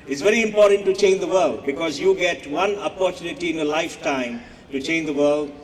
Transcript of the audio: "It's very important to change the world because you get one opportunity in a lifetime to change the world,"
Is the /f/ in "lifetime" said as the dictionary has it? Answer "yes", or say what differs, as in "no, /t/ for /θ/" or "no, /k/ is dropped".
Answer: yes